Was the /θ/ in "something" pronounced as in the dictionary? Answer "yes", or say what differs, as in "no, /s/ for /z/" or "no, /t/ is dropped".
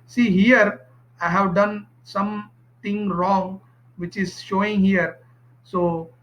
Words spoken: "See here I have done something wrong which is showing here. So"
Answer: no, /t/ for /θ/